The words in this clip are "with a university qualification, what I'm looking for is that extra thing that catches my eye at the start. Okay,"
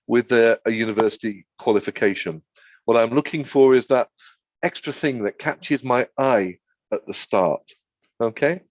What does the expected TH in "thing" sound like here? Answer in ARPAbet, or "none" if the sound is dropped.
TH